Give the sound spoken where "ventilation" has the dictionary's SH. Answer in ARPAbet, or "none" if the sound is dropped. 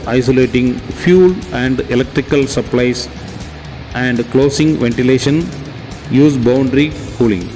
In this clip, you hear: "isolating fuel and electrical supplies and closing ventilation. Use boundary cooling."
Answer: SH